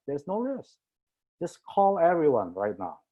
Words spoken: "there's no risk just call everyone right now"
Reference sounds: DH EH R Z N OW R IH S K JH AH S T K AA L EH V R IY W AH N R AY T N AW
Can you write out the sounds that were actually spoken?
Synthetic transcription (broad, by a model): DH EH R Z N OW L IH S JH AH S K AA L EH V R IY W AH N R AY T N AW